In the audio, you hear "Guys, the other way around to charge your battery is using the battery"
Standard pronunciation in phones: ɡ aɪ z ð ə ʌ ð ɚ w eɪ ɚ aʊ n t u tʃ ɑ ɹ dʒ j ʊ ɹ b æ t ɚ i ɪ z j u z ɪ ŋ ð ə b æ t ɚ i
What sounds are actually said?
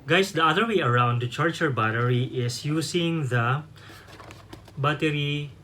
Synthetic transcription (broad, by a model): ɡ aɪ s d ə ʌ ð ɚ w eɪ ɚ aʊ n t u tʃ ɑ ɹ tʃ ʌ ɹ b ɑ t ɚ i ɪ s j u s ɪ ŋ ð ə b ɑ t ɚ i